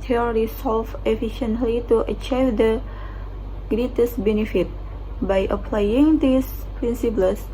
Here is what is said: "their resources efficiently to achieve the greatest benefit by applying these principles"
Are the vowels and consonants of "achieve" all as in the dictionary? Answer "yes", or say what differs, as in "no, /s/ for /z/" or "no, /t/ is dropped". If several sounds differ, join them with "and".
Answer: yes